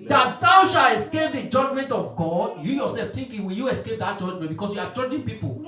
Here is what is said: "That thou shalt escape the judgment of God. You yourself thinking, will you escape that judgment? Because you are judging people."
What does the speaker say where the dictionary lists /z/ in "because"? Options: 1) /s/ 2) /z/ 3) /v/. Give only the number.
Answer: 1